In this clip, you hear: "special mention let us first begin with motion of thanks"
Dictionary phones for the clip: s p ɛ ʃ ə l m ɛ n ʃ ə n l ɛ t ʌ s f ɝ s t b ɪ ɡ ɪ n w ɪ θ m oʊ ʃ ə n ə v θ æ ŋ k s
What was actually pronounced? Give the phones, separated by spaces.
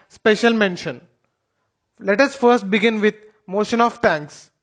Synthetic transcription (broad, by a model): s p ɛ ʃ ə l m ɛ n ʃ ə n l ɛ t ʌ s f ɝ s t b ɪ ɡ ɪ n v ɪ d m oʊ ʃ ə n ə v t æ ŋ k s